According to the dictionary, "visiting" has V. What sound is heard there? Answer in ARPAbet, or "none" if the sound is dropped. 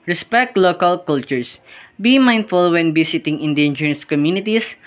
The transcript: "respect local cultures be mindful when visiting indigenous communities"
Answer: B